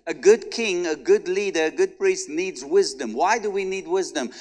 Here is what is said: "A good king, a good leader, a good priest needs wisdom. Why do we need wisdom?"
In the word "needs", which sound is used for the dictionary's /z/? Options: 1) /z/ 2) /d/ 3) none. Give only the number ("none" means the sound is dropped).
1